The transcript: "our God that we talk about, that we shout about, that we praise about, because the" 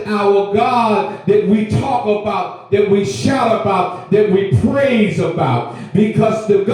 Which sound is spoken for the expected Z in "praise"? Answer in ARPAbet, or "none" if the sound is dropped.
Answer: Z